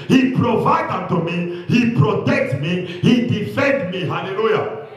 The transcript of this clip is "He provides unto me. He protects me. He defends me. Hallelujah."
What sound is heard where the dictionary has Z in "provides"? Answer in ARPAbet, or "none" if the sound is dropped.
none